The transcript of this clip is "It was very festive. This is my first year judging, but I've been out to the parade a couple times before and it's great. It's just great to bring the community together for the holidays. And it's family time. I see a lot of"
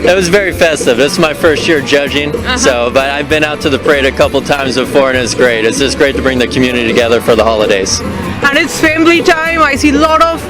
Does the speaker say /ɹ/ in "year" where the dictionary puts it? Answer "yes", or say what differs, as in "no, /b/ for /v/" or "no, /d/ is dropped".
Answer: yes